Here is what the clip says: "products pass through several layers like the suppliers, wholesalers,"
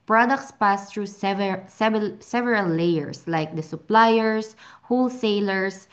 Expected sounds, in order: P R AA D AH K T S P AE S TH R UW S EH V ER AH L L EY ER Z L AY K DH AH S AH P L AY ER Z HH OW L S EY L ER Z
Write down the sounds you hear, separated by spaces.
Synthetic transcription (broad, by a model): P R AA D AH K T S P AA S T R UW S EH V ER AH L L EY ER S L AY K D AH S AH P L AY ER S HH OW L S EY L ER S